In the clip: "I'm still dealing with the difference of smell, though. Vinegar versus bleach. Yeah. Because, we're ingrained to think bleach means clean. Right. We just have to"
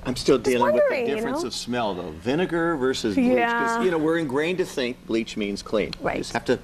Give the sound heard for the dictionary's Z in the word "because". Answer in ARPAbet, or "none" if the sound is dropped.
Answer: none